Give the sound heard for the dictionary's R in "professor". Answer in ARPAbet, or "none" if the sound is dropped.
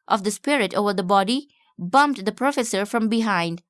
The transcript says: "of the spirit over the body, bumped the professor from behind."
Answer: R